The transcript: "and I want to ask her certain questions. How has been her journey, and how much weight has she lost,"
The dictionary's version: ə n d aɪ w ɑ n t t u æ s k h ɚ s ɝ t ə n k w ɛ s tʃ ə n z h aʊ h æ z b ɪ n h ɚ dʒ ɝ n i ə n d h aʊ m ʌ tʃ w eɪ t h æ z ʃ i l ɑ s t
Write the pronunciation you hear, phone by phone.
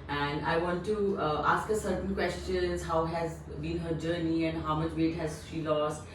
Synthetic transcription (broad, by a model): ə n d aɪ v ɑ n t t u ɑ s k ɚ s ɝ t ə n k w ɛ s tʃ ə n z h aʊ h æ z b ɪ n h ɚ dʒ ɝ n i ə n d h aʊ m ʌ tʃ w eɪ t h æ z ʃ i l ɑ s t